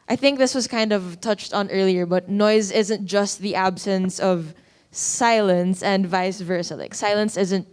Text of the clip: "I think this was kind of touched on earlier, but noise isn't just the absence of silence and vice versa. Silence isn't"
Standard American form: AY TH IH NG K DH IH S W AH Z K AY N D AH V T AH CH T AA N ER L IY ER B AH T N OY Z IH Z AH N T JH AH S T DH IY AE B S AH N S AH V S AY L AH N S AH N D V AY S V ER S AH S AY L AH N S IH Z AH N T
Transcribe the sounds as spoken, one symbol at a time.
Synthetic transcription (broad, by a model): AY TH IH NG K DH IH S W AH Z K AY N D AH V T AH CH T N ER L IY ER B AH T N OY Z IH Z AH N T JH AH S T DH IY AE B S AH N S AH V S AY L AH N S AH N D V AY S V ER S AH S AY L AH N S IH Z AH N T